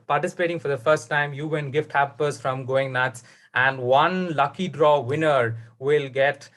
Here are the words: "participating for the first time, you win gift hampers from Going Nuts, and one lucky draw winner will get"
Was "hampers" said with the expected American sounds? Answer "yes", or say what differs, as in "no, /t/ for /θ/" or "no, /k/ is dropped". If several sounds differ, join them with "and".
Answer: no, /m/ is dropped